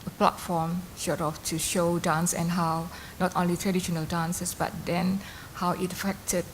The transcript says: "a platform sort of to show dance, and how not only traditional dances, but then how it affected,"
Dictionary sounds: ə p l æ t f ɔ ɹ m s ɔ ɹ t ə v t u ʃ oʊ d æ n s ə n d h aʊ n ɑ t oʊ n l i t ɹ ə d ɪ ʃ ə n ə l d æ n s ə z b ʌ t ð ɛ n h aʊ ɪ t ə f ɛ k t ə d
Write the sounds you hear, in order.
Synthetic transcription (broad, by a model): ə p l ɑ t f ɔ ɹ m ʃ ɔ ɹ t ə f t u ʃ oʊ d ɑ n s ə n h aʊ n ɑ t oʊ n l i t ɹ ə d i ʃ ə n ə l d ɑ n s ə s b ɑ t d ɛ n h aʊ ɪ t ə f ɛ k t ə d